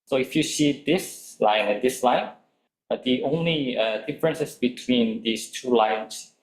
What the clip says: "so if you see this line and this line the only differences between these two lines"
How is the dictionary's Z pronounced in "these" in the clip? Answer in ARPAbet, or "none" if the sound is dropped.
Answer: S